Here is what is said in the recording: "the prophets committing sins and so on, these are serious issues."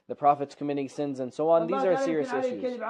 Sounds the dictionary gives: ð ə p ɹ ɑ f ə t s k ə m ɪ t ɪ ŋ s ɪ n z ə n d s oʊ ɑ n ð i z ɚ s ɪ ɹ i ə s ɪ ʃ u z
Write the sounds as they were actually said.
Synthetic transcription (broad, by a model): ð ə p ɹ ɑ f ə t s k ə m ɪ t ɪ s ɪ n z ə n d s oʊ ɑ n ð i z ɚ s ɪ ɹ i ə s ɪ ʃ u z